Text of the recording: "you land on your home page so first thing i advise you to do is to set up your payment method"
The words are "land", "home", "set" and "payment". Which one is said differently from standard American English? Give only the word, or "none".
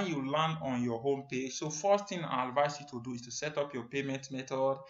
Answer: land